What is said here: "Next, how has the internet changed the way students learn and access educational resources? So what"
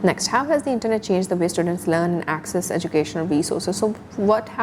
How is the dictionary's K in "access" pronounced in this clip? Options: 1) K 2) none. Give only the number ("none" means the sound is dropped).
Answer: 1